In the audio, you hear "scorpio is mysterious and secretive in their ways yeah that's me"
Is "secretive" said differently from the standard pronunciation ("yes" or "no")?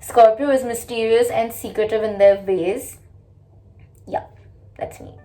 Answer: no